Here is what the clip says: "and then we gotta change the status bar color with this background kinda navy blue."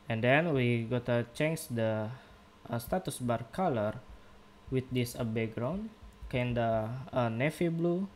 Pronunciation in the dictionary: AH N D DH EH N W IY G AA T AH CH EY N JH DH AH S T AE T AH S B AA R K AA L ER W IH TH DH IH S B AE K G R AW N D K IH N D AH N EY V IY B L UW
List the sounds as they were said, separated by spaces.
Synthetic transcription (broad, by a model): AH N D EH N W IY G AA T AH CH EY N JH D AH S T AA T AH S B AA R K AA L ER W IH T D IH S B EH G R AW N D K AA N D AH N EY F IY B L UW